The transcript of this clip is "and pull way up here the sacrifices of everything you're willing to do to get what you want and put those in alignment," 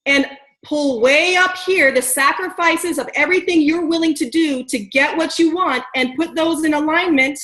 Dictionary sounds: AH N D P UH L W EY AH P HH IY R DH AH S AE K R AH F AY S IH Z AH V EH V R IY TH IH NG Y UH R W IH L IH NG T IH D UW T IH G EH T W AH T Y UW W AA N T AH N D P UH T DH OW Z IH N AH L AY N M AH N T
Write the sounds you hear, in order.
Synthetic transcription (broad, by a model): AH N P UH L W EY AH P HH IY R DH AH S AE K R AH F AY S IH Z AH V EH V R IY TH IH NG Y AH R W IH L IH NG T IH D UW T IH G EH T W AH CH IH W AA N T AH N P UH T DH OW Z IH N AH L AY N M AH N T